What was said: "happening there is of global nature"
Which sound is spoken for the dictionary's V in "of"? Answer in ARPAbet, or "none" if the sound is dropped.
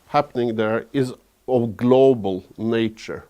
V